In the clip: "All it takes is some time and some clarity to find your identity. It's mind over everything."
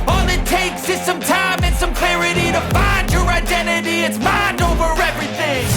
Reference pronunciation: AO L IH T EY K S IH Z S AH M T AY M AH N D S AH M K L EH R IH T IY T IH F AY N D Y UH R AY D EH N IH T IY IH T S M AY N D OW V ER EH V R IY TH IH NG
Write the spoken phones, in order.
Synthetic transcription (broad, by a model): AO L IH T EY K S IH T S AH M T AY M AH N S AH M K L EH R IH T IY T IH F AY N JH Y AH R AY D EH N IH T IY IH T S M AY N D OW V ER EH V R IY TH IH NG